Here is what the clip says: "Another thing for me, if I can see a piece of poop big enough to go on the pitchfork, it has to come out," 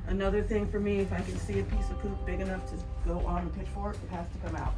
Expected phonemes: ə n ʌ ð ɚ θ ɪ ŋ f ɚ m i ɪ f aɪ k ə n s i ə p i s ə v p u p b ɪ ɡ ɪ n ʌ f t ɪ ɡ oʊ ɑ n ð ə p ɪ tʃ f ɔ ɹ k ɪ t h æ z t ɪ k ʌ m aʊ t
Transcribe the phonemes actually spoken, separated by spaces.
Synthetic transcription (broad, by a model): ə n ʌ ð ɚ θ ɪ ŋ f ɚ m i ɪ f aɪ k ə n s i ə p i s ə v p u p b ɪ ɡ ɪ n ʌ f t ɪ ɡ oʊ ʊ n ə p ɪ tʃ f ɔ ɹ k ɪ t h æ s t ɪ k ʌ m aʊ t